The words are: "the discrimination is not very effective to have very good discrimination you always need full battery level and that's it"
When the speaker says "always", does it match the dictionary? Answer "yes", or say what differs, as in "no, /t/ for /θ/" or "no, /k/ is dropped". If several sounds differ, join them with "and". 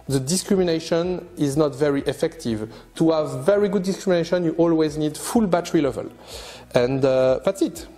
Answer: yes